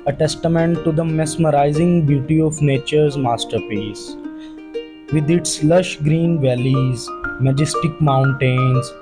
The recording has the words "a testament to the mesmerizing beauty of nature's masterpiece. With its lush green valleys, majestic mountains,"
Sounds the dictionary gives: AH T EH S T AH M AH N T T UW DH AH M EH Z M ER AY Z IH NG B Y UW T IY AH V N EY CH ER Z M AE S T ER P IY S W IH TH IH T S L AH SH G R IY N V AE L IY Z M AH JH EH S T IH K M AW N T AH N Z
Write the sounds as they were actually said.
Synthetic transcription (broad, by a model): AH T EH S T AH M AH N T T UW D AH M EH S M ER AY Z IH NG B Y UW T IY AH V N EY CH ER Z M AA S T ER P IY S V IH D IH T S L AH SH G R IY N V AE L IY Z M AH JH EH S T IH K M AW N T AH N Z